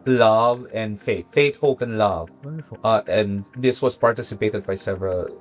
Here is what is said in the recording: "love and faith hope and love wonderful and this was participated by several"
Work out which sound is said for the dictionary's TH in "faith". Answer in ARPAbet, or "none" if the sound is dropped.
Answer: T